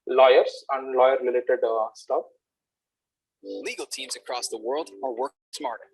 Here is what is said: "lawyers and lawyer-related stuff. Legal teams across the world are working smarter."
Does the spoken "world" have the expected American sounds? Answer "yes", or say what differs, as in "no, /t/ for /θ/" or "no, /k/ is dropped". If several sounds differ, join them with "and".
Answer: yes